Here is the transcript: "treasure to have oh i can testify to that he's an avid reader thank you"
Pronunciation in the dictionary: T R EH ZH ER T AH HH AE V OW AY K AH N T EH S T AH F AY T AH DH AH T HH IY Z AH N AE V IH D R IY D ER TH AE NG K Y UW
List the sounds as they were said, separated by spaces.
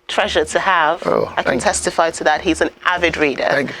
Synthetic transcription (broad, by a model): T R EH ZH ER T AH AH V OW AY K AH N T EH S T AH F AY T AH DH AH T HH IY Z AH N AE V IH D R IY D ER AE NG